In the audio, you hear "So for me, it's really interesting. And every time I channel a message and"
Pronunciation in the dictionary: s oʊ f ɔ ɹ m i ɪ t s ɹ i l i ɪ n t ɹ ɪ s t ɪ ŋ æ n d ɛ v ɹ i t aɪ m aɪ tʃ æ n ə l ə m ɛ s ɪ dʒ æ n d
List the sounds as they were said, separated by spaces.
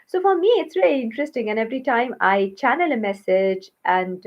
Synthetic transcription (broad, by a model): s oʊ f ɔ ɹ m i ɪ t s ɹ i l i ɪ n t ɹ ɪ s t ɪ ŋ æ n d ɛ v ɹ i t aɪ m aɪ tʃ æ n ə l ə m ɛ s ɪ dʒ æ n d